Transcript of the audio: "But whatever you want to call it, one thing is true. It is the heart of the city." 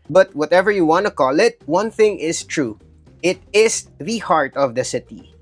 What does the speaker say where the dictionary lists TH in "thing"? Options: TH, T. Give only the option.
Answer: TH